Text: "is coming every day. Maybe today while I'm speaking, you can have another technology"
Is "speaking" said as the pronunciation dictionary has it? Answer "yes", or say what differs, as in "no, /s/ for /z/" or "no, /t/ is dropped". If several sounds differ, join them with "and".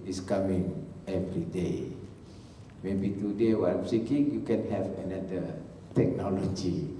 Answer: no, /p/ is dropped